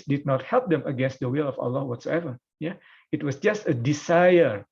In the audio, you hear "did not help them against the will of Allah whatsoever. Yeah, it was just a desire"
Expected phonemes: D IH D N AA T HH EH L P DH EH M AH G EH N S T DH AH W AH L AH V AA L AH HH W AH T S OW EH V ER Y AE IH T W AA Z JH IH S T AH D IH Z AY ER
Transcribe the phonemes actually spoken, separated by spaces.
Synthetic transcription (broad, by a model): D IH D N AA T HH EH L P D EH M AH G EH N S T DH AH W AH L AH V AA L AH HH W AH T S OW EH V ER Y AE IH T W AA S JH IH S T AH D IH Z AY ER